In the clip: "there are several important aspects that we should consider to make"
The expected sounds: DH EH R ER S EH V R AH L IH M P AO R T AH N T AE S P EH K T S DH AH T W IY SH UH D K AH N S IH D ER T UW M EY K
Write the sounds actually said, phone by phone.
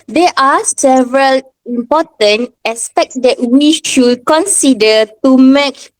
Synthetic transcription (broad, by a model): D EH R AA S EH V R AH L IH M P AO T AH N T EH S P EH K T S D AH T W IY SH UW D K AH N S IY D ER T UW M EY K